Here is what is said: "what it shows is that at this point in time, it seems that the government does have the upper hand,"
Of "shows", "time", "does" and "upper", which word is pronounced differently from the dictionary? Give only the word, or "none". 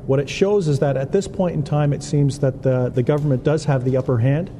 none